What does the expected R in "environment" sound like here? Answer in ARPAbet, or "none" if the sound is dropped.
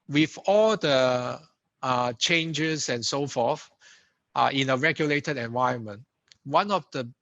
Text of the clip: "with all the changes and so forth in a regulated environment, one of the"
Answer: none